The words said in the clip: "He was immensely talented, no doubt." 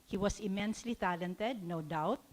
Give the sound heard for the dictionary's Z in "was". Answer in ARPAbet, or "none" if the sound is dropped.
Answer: S